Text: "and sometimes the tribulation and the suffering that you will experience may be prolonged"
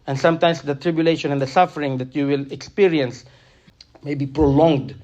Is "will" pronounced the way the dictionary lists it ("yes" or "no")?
yes